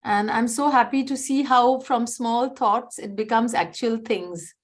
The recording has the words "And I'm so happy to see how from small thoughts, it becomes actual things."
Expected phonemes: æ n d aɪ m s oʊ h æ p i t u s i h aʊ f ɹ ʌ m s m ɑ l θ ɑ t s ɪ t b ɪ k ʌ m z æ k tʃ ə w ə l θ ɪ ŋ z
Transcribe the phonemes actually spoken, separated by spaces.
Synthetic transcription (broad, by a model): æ n d aɪ m s oʊ h æ p i t u s i h aʊ f ɹ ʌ m s m ɑ l t ɑ t s ɪ t b ɪ k ʌ m z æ k tʃ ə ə l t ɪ ŋ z